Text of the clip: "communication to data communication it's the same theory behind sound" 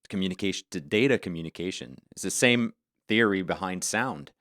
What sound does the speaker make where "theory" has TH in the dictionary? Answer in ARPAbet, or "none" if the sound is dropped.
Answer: TH